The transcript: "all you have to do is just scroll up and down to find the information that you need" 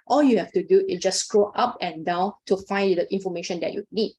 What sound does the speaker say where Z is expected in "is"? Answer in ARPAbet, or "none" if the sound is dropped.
S